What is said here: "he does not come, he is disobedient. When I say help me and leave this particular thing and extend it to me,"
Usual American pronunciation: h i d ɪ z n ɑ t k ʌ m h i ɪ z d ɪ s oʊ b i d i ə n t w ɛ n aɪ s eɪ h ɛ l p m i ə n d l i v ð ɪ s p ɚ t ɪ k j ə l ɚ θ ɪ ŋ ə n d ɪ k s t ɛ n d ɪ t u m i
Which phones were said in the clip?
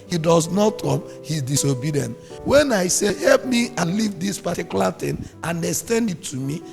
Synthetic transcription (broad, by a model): h i d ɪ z n ɑ t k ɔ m h i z d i s oʊ b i d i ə n t w ɛ n aɪ s eɪ h ɛ l p m i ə n l i v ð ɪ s p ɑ t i k j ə l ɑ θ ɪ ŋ ə n d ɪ s t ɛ n d ɪ t u m i